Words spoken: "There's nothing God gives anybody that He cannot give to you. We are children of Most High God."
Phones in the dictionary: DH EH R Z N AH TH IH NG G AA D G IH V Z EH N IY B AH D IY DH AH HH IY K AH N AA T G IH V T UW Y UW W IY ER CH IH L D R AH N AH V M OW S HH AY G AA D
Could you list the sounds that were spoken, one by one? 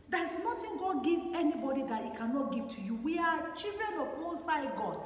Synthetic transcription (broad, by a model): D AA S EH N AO T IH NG G AA D G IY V EH N IY B AH D IY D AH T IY K AH N AA T G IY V T UW Y UW W IY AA CH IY L D R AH N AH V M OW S AY G AA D